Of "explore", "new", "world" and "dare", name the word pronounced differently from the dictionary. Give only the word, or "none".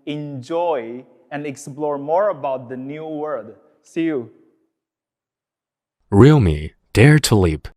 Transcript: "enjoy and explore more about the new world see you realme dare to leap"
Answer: world